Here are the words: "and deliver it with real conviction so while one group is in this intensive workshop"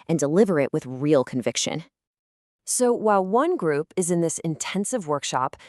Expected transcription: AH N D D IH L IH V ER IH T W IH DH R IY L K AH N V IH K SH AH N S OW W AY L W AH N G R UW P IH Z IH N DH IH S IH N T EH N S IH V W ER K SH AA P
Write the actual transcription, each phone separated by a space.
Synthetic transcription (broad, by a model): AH N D D IH L IH V ER IH T W IH DH R IY L K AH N V IH K SH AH N S OW W AY L W AH N G R UW P IH Z IH N DH IH S IH N T EH N S IH V W ER K SH AA P